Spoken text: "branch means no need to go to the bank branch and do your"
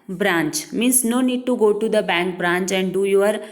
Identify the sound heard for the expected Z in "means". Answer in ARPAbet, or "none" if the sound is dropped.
S